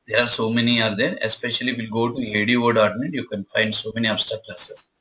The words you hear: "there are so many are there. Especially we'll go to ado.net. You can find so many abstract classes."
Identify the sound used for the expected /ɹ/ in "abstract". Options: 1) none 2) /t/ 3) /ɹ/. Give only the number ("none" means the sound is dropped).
1